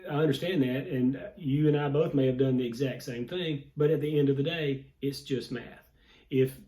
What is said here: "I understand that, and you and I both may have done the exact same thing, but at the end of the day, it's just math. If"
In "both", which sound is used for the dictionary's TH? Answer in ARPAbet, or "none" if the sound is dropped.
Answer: TH